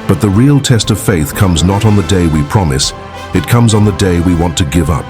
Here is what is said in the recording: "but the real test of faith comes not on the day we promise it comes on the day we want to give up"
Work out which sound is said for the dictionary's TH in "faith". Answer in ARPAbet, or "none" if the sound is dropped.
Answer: TH